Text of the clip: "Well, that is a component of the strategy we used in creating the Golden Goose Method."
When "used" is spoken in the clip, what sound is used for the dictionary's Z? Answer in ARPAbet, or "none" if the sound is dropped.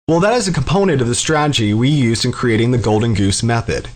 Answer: Z